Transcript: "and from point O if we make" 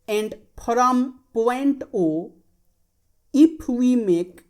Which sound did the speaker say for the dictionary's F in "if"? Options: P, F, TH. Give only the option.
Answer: P